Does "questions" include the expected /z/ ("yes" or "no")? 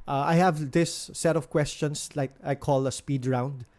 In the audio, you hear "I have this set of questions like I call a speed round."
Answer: no